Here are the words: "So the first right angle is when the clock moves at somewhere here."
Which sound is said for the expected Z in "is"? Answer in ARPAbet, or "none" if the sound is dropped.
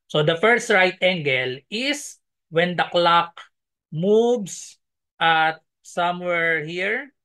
S